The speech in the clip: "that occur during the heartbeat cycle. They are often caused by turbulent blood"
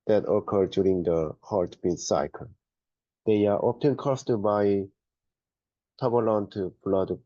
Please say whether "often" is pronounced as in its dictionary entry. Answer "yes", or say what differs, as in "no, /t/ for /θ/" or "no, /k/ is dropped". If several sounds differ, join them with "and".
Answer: no, /p/ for /f/